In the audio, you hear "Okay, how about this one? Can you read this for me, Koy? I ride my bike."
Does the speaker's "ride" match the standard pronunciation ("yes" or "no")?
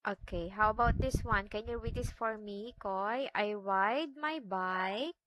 no